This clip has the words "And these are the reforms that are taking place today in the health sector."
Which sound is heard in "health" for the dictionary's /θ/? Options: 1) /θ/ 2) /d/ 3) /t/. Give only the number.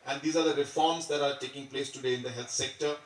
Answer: 3